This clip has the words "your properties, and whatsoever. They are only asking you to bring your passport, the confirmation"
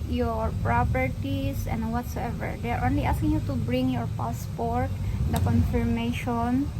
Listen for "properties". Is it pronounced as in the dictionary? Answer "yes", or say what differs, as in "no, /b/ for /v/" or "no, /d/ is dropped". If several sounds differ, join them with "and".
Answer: no, /s/ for /z/